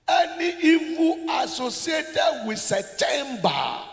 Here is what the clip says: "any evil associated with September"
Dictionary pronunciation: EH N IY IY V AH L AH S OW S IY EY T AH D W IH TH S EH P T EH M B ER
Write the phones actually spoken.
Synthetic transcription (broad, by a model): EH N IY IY F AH AH S OW S IY EY T AH D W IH S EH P T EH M B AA